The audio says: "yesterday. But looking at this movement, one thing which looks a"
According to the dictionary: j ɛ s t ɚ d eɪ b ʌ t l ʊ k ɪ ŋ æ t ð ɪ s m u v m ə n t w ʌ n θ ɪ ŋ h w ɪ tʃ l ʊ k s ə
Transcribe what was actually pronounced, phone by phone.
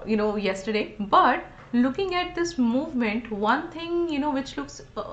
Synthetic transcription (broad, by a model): j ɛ s t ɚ d eɪ b ʌ t l ʊ k ɪ ŋ æ t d ɪ s m u v m ə n t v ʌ n t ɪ ŋ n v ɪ tʃ l ʊ k s